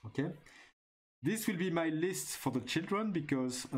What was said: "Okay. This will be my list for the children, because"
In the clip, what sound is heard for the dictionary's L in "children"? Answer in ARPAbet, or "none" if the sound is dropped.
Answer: L